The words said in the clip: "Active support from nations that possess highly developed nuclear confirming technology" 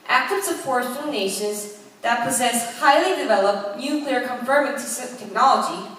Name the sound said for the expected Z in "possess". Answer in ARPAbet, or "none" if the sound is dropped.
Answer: Z